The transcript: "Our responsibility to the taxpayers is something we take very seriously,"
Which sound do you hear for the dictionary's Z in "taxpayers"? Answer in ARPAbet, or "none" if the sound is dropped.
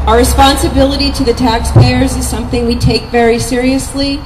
Z